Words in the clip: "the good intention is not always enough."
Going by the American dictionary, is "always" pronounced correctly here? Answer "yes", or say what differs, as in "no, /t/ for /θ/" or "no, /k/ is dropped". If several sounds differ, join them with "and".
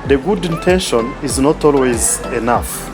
yes